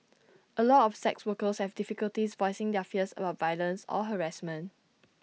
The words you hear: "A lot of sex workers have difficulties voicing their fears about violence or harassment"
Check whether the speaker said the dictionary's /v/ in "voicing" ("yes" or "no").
yes